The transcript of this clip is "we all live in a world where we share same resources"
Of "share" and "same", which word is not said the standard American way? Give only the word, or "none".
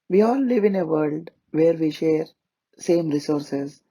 none